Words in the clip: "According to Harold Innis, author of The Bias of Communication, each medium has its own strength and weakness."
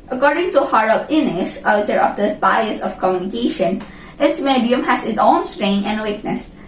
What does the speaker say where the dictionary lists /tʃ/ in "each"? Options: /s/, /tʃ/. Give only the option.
/s/